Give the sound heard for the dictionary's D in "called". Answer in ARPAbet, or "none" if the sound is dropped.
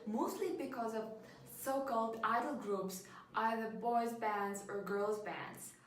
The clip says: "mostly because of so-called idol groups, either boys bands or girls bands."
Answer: D